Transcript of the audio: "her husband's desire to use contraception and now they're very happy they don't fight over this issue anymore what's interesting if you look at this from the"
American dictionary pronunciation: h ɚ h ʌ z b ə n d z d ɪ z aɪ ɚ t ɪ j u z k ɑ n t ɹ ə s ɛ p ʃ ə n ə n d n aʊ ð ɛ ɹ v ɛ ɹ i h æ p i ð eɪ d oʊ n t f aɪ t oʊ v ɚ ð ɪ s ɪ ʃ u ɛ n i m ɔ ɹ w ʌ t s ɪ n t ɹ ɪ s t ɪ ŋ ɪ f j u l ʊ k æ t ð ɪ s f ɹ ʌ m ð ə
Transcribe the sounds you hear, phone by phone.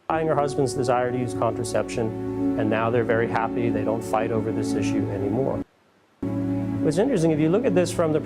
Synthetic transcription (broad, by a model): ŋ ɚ h ʌ z b ə n d z d ɪ z aɪ ɚ t ɪ j u z k ɑ n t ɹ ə s ɛ p ʃ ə n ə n n aʊ ð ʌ ɹ v ɛ ɹ i h æ p i ð eɪ d oʊ n t f aɪ t oʊ v ɚ ð ɪ s ɪ ʃ u ɛ n i m ɔ ɹ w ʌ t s ɪ n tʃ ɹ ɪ s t ɪ ŋ ɪ f j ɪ l ʊ k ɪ t ð ɪ s f ɹ ʌ m ð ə